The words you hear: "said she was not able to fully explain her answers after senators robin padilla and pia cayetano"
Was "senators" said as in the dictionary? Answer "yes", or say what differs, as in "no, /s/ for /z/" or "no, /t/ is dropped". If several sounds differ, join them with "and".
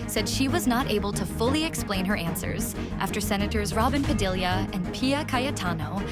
yes